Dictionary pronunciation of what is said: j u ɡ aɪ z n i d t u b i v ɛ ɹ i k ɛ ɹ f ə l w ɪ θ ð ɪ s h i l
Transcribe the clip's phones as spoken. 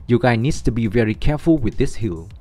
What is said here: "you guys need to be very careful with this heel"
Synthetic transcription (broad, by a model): j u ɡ aɪ n i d t u b i v ɛ ɹ i k ɛ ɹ f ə l w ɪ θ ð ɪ s h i l